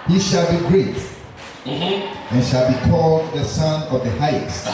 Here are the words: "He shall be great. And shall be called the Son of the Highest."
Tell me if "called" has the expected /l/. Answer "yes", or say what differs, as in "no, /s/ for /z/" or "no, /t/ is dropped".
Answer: yes